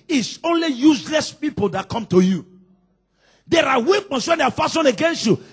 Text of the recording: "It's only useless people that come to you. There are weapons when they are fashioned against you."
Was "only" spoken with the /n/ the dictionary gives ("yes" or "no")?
yes